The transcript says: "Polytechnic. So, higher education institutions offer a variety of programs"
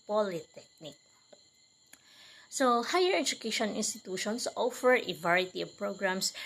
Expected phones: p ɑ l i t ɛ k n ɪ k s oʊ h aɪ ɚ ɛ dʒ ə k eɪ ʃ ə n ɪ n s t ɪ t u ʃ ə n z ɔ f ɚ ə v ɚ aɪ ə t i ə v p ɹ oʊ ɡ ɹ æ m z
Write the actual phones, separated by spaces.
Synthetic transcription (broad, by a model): p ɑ l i t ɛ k n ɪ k s oʊ h aɪ ɚ ɛ dʒ ə k eɪ ʃ ə n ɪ n s t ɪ t u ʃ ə n s ɔ f ɚ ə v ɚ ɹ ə t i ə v p ɹ oʊ ɡ ɹ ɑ m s